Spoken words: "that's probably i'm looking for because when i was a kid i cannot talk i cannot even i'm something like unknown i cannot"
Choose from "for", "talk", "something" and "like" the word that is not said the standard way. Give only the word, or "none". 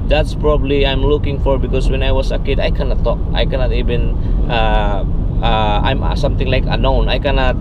something